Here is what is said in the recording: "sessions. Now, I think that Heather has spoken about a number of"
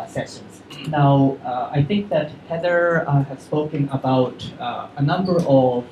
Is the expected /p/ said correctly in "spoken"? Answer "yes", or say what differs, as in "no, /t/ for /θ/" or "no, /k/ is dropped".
yes